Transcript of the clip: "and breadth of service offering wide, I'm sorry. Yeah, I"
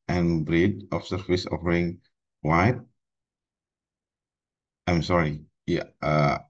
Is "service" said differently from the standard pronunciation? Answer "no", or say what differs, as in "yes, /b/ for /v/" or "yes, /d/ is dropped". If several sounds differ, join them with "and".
yes, /f/ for /v/